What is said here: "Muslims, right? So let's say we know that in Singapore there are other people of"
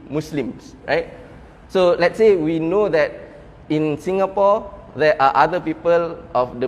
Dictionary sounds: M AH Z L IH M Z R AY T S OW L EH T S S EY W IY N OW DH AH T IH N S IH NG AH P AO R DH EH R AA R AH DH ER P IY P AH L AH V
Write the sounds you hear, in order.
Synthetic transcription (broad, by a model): M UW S L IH M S R AY T S OW L EH T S S EY W IY N OW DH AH T IH N S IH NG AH P AO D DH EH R AA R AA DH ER P IY P AH L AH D